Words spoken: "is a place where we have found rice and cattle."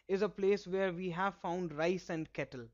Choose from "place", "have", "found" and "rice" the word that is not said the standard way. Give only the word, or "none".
none